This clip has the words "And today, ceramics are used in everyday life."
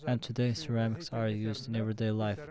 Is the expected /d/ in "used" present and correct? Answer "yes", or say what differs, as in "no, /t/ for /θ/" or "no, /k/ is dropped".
yes